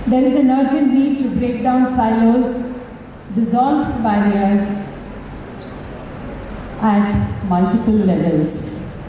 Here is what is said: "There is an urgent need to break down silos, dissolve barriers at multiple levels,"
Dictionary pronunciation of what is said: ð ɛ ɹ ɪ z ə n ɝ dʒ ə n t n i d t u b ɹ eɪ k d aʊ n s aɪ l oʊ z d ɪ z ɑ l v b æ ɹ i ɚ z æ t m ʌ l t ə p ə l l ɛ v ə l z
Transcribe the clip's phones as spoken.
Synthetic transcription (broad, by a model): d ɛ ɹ ɪ z ə n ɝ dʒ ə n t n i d t u b ɹ eɪ k d aʊ n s aɪ l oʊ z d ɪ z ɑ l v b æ ɹ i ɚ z æ t m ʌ l t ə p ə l l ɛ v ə l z